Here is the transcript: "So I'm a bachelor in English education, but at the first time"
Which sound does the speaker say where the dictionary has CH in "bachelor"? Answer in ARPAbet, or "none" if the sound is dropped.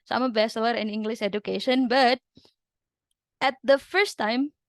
S